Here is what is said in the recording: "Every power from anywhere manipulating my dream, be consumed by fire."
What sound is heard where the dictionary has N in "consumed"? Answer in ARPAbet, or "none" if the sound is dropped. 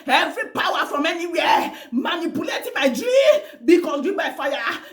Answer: none